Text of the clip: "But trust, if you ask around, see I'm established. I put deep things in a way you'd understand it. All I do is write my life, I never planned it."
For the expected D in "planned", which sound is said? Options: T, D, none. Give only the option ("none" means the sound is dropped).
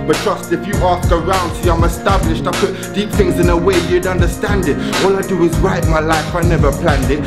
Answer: D